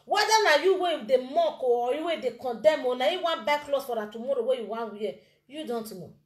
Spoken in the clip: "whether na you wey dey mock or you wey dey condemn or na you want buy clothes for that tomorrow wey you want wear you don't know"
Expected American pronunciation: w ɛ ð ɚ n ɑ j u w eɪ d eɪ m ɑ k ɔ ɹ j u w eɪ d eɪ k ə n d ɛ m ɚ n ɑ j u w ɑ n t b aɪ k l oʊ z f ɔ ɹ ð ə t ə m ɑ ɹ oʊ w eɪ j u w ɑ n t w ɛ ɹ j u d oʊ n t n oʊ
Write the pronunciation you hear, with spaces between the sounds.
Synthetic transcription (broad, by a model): w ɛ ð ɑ n ɑ j u w eɪ d eɪ m ɑ k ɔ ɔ j u w eɪ d eɪ k ə n d ɛ m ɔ n ɑ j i w ɑ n b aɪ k l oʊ s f ɔ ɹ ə t ə m ɑ ɹ oʊ w eɪ j u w ɑ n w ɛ j u d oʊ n t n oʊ